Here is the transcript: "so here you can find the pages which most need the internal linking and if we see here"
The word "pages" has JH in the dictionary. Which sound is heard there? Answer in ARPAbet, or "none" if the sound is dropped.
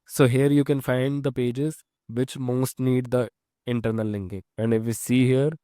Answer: JH